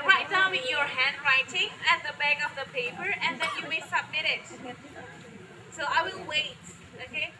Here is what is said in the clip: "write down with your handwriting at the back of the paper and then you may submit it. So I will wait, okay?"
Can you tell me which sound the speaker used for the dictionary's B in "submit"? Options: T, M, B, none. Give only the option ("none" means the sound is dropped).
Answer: B